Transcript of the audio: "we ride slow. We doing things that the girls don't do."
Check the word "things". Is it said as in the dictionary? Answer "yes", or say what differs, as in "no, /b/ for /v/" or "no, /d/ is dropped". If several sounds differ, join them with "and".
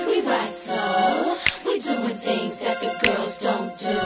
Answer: yes